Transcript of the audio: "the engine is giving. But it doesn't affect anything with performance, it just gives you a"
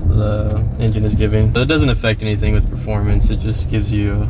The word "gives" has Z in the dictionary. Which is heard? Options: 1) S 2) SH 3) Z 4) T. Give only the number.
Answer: 3